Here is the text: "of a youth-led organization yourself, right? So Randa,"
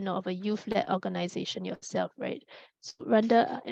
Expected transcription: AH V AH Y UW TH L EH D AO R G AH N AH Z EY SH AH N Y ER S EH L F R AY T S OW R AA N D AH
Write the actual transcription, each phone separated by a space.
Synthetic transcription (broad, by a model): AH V AH Y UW F L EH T AO G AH N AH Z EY SH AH N Y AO S EH L F R AY T S OW R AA N D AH